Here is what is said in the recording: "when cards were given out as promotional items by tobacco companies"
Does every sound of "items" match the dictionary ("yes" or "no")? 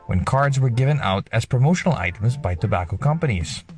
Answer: yes